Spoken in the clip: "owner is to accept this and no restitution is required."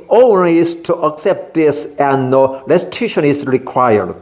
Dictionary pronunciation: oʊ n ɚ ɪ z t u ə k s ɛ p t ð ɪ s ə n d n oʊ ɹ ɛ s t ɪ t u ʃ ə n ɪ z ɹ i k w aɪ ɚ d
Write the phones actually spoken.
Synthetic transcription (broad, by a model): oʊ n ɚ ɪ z t u ə k s ɛ p t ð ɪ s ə n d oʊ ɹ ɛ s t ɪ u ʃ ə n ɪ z ɹ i k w aɪ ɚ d